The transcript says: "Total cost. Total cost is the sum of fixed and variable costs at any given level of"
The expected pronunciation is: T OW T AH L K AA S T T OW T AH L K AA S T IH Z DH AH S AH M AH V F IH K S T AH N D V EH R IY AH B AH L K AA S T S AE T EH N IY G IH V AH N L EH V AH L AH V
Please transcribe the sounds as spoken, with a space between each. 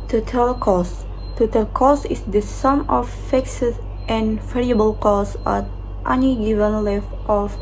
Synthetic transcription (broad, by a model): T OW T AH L K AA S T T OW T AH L K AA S IH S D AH S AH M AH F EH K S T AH N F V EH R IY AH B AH L K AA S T T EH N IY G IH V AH N L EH F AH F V